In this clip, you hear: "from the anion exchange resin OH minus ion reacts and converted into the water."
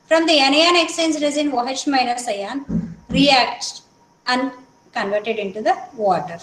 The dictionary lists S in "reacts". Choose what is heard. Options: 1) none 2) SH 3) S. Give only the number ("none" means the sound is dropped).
1